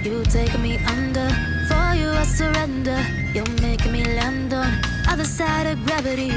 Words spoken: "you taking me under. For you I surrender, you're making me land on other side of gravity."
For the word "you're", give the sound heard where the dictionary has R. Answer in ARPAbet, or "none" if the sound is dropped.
L